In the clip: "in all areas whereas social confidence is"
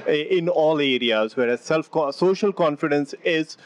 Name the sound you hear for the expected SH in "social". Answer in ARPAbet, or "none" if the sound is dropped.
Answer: SH